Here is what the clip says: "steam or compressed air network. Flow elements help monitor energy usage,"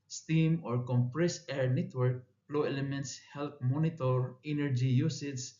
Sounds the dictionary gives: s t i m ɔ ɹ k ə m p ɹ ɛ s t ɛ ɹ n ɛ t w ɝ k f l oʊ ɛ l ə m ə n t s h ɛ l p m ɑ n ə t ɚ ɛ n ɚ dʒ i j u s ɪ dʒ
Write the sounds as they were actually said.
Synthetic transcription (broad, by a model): s t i m ɔ ɹ k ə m p ɹ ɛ s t ɛ ɹ n ɛ t w ɝ k p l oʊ ɛ l ə m ə n t s h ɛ l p m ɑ n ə t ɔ ɛ n ɚ dʒ i j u s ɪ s